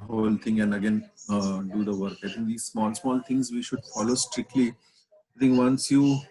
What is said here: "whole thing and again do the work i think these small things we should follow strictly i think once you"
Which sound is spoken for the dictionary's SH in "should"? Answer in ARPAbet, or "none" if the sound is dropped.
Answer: SH